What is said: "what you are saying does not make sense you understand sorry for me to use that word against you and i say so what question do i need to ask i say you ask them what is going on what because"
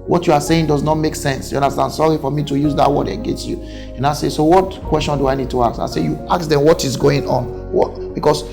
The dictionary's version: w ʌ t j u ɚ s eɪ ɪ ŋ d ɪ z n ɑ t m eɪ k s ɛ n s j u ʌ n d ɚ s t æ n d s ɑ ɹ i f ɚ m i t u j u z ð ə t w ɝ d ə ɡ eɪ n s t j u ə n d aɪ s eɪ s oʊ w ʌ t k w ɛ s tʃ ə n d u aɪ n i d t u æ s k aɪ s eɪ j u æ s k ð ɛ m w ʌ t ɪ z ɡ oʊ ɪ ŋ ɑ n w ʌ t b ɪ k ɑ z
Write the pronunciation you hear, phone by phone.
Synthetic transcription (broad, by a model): w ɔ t j u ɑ s eɪ ɪ ŋ d ɪ z n ɑ t m eɪ k s ɛ n s j u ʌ n d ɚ s t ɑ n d s ɑ ɹ i f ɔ m i t u j u z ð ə t w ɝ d ə ɡ eɪ n s t j u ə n aɪ s eɪ s oʊ w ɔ t k w ɛ s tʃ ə n d u aɪ n i d t u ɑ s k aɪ s eɪ j u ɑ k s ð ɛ m w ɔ t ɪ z ɡ oʊ ɪ ŋ ɑ n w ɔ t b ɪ k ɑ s